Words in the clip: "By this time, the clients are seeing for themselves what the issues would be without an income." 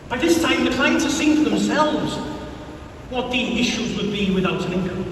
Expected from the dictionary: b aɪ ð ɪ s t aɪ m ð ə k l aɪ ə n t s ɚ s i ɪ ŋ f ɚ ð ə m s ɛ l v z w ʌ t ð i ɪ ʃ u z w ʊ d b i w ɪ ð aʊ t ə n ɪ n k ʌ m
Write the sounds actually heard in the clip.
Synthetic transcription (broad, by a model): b aɪ ð ɪ s t aɪ m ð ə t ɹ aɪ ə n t ɚ s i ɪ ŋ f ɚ ð ə m s ɛ l v z w ʌ t ð i ɪ ʃ u z w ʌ d b i w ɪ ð aʊ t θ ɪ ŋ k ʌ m